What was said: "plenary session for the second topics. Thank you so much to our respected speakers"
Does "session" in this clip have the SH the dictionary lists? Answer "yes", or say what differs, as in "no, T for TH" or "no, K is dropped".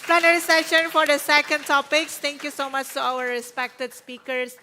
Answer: yes